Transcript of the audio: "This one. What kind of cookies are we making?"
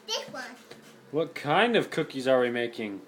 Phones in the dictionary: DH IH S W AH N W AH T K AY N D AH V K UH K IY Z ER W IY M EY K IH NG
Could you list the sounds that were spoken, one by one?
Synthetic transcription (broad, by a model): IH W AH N W AH T K AY N D AH V K UH K IY Z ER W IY M EY K IH NG